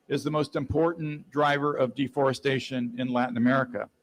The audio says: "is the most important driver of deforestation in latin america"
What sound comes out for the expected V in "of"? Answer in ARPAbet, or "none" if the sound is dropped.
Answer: V